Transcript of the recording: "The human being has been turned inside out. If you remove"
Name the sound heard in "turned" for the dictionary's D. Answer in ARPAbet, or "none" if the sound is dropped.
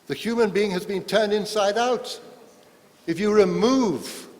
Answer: D